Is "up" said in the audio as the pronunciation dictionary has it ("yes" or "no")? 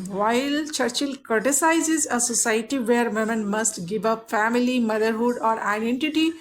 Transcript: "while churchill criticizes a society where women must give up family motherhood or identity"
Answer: yes